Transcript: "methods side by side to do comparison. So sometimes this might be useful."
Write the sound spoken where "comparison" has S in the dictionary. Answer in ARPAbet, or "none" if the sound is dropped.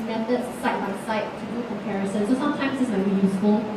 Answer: S